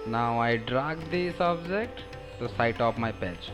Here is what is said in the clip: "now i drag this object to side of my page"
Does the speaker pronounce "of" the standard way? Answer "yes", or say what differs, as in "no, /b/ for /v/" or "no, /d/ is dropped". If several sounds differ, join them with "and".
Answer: no, /p/ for /v/